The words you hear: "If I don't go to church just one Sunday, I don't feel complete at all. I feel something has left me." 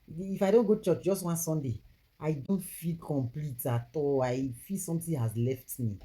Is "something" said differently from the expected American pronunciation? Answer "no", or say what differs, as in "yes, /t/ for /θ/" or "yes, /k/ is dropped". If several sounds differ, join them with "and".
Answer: yes, /t/ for /θ/